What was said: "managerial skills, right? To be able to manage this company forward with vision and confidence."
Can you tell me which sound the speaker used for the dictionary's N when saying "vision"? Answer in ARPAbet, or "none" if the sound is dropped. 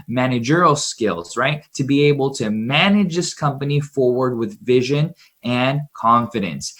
N